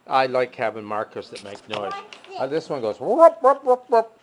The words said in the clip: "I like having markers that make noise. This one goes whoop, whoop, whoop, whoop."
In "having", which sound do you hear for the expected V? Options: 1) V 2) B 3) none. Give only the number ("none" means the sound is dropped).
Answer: 2